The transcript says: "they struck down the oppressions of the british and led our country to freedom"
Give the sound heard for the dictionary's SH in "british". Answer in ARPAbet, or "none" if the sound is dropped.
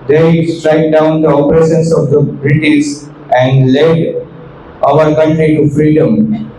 S